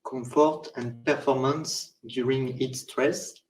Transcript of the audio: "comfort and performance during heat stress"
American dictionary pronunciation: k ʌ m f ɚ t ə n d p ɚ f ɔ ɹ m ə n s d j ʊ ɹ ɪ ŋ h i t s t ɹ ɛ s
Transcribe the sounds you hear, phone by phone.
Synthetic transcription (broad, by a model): k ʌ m f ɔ t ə n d p ɚ f ɔ ɹ m ə n s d j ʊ ɹ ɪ ŋ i t s t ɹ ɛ s